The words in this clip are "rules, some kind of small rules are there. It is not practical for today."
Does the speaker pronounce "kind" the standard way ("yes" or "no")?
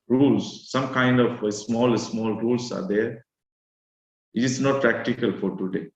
yes